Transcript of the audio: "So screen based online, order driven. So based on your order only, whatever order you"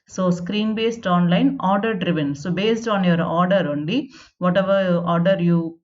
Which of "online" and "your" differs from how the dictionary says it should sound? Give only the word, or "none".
none